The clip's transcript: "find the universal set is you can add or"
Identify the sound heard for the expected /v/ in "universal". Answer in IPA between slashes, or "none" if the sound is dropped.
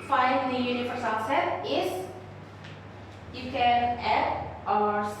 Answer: /f/